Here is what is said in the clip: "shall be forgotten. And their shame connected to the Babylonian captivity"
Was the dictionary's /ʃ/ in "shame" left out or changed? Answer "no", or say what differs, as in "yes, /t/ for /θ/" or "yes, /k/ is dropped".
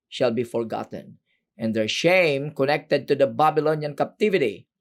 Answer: no